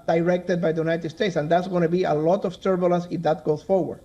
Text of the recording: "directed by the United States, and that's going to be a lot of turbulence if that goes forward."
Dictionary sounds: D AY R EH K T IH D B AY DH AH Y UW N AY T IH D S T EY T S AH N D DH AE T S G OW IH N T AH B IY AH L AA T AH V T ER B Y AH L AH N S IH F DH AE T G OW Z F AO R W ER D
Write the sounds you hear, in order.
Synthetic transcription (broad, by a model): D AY R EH K T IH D B AY DH AH Y UW N AY T IH D S T EY T S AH N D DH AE T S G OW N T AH B IY AH L AA T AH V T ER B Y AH L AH S IH F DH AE T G OW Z F AO R W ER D